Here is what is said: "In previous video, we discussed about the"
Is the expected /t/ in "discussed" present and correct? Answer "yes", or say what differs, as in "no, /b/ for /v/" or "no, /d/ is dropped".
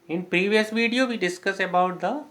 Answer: no, /t/ is dropped